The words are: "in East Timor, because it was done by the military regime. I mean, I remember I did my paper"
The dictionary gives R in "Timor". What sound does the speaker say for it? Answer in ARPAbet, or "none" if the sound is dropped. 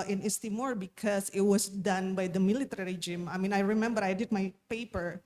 R